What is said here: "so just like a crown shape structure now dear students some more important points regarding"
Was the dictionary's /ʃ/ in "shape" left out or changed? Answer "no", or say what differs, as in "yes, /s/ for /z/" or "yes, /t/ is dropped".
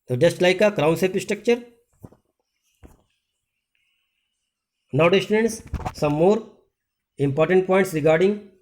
yes, /s/ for /ʃ/